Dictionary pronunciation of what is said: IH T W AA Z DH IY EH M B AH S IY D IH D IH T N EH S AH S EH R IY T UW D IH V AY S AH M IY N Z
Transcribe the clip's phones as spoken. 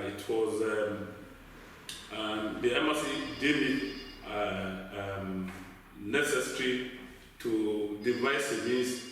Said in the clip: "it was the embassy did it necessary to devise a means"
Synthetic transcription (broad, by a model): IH T W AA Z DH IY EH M AH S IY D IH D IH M N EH S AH S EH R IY T UW D IH V AY S AH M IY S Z